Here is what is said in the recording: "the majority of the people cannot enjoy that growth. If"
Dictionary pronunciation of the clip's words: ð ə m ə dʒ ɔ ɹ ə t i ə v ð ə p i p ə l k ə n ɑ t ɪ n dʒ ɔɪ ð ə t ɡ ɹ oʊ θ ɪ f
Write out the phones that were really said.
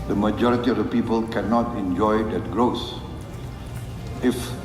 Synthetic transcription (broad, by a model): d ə m ə dʒ ɔ ɹ ə t i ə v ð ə p i p ə l k ə n ɑ t ɪ n dʒ ɔɪ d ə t ɡ ɹ oʊ s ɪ f